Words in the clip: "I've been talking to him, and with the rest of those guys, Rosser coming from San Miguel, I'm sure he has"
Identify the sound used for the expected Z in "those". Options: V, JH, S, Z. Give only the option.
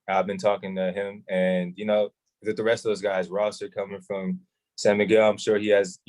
Z